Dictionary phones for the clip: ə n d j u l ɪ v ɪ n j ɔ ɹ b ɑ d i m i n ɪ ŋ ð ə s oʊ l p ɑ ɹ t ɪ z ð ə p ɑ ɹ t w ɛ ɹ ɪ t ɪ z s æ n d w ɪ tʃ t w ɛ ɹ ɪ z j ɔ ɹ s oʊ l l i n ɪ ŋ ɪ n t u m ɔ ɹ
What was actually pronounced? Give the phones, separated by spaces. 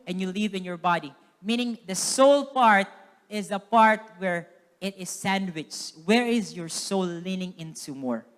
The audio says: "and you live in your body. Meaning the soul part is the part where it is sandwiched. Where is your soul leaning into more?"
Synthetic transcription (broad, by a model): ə n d j u l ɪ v ɪ n j ɔ ɹ b ɑ d i m i n ɪ ŋ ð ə s oʊ l p ɑ ɹ t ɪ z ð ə p ɑ ɹ t w ɛ ɹ ɪ t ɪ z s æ n d w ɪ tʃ w ɛ ɹ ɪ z j ɔ ɹ s oʊ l l i n ɪ ŋ ɪ n t u m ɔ ɹ